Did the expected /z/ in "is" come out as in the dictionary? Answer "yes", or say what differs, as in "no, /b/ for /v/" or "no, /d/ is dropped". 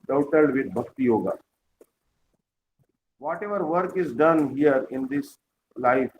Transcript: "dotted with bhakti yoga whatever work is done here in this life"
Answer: yes